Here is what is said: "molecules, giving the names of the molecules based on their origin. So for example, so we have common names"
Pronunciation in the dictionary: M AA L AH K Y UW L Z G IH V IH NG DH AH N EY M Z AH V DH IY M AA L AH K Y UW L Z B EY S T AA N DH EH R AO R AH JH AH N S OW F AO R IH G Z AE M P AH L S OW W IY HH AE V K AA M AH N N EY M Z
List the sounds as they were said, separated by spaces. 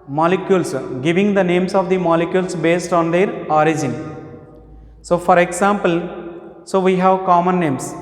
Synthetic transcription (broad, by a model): M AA L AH K Y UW L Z G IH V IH NG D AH N EY M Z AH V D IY M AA L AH K Y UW L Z B EY S T AA N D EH R AO R AH JH AH N S OW F AO R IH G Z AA M P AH L S OW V IY HH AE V K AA M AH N N EY M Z